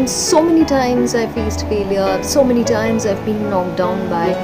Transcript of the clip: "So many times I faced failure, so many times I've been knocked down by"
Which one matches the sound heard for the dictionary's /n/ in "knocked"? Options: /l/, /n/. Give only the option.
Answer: /l/